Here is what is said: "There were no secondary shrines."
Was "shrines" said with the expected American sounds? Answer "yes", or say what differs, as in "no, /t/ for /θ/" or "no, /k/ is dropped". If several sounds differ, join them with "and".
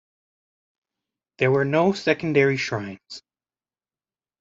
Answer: yes